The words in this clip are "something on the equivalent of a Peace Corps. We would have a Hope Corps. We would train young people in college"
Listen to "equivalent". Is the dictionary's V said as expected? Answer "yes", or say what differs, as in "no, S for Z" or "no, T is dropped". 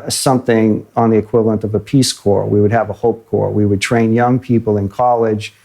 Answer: yes